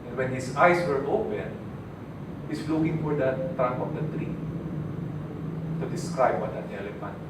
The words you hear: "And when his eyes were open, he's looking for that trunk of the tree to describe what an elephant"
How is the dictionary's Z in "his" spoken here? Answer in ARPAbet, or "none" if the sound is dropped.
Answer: S